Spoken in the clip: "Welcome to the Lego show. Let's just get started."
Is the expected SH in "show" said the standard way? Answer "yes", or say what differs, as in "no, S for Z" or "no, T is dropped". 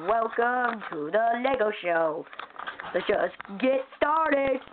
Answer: yes